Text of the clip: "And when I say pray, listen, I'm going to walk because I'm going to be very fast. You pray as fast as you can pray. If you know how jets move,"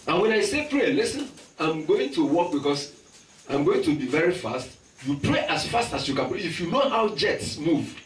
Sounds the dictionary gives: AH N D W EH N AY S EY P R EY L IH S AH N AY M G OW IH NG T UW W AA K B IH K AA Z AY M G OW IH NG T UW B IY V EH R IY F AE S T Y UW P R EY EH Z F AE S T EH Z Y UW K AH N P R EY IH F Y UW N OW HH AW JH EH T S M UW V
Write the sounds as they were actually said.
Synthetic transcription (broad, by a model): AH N W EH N AY S EY P R EY L IH S AH N AY M G OW IH NG T UW W AA K B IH K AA S AY M G OW IH NG T UW B IY V EH R IY F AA S T Y UW P R EY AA S F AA S T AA S Y UW K AH N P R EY IH F Y UW N OW HH AW JH EH T S M UW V